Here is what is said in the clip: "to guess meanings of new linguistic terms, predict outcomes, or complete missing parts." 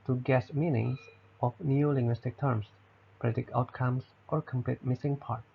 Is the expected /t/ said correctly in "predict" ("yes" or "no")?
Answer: no